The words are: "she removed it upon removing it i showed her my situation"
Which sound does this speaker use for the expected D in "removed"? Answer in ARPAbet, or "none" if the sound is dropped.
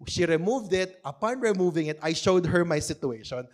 D